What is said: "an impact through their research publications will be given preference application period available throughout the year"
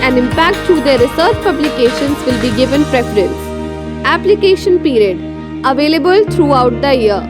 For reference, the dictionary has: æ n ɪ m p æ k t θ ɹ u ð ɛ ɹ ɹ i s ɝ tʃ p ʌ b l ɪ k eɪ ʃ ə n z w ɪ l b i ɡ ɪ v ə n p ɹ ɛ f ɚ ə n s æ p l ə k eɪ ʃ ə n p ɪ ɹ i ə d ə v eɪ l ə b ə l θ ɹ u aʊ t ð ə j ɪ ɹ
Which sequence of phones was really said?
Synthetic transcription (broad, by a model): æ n ɪ m p æ k t t ɹ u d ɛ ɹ ɹ i s ɝ tʃ p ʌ b l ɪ k eɪ ʃ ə n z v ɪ l b i ɡ ɪ v ə n p ɹ ɛ f ɚ ə n s æ p l ə k eɪ ʃ ə n p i ɹ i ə d ə v eɪ l ə b ə l t ɹ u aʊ t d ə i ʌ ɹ